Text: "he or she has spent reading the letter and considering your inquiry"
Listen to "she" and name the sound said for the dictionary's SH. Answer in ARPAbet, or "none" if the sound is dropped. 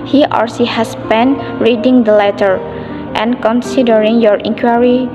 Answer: S